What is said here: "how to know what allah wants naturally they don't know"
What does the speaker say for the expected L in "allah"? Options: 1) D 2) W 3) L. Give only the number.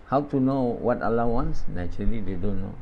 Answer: 3